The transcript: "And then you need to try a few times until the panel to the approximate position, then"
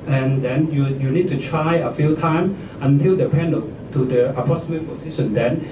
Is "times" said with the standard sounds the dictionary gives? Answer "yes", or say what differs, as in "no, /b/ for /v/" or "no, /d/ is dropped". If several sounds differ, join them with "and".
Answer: no, /z/ is dropped